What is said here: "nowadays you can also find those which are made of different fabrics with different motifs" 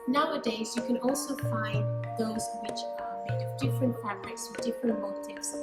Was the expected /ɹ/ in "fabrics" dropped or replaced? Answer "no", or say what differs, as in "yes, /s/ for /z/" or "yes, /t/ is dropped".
yes, /l/ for /ɹ/